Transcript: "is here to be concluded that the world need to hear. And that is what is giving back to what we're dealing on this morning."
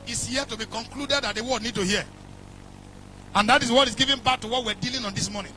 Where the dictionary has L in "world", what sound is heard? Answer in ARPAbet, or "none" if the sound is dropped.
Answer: none